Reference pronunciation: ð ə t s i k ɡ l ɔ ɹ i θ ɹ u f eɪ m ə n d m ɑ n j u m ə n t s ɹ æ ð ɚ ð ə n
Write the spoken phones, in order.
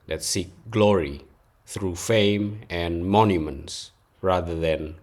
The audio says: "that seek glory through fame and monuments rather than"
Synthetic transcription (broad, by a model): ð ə t s i k ɡ l ɔ ɹ i θ ɹ u f eɪ m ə n m ɑ n j u m ə n t s ɹ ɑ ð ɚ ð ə n